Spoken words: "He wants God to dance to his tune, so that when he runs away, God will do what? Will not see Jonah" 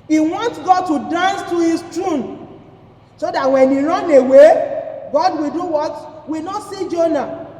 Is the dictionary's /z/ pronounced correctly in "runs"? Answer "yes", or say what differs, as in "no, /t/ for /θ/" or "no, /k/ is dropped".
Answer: no, /z/ is dropped